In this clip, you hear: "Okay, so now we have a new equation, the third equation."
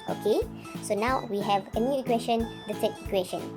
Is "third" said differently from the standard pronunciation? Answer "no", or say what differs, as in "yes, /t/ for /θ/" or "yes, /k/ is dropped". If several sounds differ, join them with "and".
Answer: yes, /s/ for /θ/